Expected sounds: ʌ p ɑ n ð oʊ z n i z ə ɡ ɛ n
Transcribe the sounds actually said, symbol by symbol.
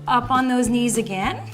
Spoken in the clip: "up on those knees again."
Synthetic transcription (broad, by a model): ʌ p n ð oʊ z n i z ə ɡ ɛ n